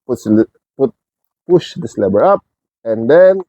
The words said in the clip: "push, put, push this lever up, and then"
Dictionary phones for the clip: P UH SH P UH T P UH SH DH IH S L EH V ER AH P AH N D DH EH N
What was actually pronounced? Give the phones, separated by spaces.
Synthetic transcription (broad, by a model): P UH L P UH T P UH SH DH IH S L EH B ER AH P AH N D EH N